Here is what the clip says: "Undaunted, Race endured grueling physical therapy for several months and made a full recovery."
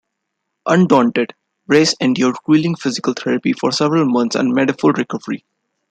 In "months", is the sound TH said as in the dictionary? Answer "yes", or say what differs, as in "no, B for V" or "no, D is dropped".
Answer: no, T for TH